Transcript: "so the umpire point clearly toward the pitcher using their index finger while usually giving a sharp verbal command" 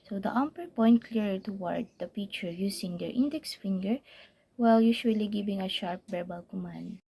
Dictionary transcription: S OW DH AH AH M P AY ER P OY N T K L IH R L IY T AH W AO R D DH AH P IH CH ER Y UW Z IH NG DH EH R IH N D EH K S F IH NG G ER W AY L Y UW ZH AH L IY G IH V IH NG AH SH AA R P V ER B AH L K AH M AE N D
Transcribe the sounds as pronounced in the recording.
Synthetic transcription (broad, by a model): S OW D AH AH M P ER P OY N T K L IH R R T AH W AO R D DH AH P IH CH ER Y UW S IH NG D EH R IH N D EH K S F IH NG G ER W AY L Y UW SH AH L IY G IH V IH NG AH SH AA R P B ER B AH L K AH M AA N D